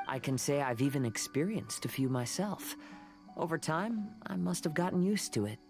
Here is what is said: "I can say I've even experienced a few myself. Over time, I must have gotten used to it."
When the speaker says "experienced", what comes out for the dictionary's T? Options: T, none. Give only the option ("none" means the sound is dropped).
T